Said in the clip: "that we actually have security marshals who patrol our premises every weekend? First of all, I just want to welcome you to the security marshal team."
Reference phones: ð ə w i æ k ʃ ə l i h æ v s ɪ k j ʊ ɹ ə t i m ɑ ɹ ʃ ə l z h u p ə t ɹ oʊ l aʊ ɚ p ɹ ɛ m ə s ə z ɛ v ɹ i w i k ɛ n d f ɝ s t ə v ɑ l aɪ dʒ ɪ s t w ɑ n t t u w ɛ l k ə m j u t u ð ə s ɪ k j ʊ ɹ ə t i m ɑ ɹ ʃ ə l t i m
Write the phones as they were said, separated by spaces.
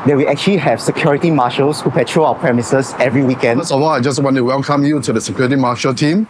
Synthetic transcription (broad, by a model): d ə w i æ k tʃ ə l i h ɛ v s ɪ k j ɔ ɹ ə t i m ɑ ʃ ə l s h u p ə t ɹ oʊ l aʊ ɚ p ɹ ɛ m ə s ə s ɛ v ɹ i w i k ɛ n d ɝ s ə w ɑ aɪ dʒ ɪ s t w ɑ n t t u w ɛ l k ə m j u t u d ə s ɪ k j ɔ ɹ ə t i m ɑ ʃ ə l t i m